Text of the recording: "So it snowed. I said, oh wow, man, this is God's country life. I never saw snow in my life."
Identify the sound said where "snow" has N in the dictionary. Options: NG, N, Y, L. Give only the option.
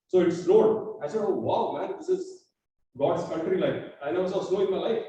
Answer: L